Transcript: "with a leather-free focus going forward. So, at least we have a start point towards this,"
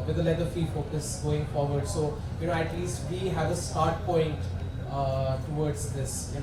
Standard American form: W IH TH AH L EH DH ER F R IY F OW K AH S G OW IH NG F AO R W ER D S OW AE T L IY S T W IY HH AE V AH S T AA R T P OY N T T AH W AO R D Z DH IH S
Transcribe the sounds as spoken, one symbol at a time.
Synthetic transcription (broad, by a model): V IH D AH L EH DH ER F IY F OW K AH S G OW IH NG F AO R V ER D S OW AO T L IY S T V IY HH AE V AH S T AA R T P OY N T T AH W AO R D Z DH IH S